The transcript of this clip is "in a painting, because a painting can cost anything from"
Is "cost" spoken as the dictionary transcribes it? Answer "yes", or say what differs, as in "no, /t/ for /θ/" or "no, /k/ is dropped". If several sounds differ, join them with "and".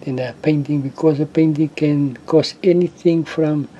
no, /t/ is dropped